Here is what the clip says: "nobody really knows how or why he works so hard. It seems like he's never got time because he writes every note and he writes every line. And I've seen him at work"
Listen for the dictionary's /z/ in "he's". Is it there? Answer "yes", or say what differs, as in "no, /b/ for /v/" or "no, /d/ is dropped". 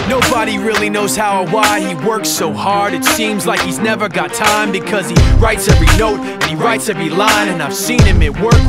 yes